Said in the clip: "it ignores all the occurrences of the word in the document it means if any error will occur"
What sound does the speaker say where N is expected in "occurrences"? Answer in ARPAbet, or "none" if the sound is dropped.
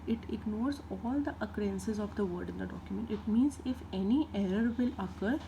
N